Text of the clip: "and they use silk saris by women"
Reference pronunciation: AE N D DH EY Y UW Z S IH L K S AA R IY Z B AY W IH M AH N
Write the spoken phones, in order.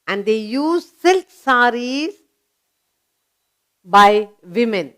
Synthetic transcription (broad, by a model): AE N D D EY Y UW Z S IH L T S AA R IY Z B AY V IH M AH N